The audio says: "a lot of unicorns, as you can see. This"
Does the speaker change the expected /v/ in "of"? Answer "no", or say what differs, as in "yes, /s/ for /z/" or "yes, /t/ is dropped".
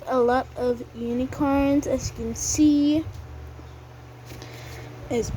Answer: no